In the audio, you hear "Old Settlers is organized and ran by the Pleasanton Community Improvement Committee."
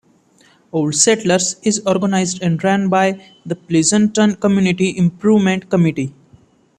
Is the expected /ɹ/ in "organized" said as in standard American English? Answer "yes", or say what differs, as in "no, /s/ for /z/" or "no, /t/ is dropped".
yes